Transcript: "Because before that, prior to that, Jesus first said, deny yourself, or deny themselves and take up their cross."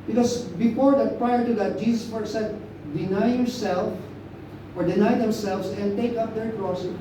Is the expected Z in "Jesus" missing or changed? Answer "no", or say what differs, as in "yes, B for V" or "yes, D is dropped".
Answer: yes, S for Z